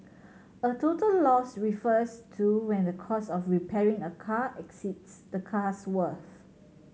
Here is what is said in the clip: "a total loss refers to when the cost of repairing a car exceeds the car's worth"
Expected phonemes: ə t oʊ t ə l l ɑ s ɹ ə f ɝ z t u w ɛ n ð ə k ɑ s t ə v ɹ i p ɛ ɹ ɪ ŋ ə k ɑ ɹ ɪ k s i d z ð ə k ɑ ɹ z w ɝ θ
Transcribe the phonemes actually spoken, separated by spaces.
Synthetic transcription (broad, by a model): ə t oʊ t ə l l ɑ s ɹ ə f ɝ s t u w ɛ n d ə k ɑ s ə f ɹ i p ɛ ɹ ɪ ŋ ə k ɑ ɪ k s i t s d ə k ɑ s w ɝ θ